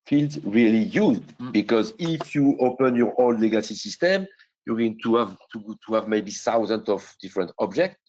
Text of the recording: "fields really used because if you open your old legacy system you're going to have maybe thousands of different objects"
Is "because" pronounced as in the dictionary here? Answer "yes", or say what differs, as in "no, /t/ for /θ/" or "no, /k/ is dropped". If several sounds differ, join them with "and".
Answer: yes